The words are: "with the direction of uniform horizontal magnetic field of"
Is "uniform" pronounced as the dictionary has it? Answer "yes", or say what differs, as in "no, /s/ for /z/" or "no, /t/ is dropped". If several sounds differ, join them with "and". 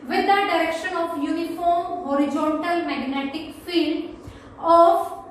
yes